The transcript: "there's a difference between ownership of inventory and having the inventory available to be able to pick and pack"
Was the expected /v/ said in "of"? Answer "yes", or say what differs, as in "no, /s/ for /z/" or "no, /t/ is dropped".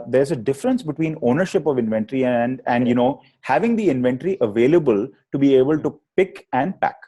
yes